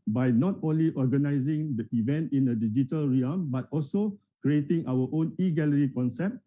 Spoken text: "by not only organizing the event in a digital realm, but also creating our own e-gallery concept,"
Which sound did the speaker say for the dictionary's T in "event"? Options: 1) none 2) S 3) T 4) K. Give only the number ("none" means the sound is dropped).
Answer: 3